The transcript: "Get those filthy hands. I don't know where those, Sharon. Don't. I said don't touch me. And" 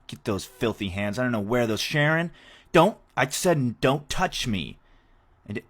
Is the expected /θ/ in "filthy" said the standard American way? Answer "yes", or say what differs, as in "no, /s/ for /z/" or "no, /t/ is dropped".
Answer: yes